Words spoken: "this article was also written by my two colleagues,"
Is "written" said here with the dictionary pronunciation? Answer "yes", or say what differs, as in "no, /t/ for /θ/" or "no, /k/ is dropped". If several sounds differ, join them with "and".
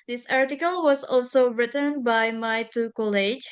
yes